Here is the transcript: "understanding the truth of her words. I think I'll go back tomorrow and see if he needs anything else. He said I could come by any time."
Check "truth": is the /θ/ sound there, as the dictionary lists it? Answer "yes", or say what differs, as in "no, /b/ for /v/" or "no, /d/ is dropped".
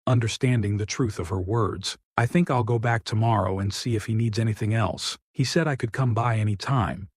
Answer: yes